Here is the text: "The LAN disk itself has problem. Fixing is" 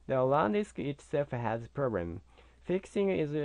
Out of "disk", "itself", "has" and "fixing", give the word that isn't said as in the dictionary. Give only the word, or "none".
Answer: itself